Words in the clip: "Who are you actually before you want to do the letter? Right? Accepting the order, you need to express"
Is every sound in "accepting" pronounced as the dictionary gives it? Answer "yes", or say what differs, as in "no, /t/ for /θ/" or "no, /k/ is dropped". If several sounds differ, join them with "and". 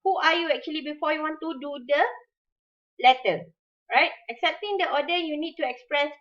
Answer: yes